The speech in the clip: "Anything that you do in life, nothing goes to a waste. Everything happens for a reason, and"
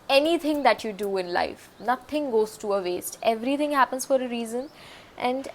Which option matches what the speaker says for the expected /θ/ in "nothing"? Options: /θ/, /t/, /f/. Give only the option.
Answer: /t/